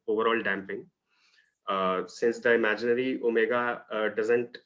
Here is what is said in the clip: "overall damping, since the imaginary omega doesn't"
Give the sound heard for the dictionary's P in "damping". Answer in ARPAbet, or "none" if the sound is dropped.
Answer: P